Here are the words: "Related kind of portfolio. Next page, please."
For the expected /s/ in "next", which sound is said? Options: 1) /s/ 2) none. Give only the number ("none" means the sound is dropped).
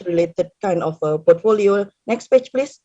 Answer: 1